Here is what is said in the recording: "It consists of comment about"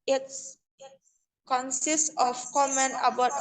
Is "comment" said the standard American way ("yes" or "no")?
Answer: no